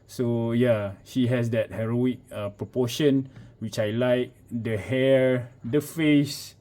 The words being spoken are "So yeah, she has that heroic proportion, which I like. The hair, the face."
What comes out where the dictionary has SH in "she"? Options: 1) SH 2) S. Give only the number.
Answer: 1